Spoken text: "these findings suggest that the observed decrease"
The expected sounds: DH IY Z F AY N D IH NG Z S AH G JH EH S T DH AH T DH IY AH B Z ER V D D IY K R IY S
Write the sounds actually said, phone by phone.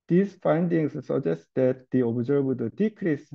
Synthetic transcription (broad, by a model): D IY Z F AY N D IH NG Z S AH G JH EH S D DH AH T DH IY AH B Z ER B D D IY K R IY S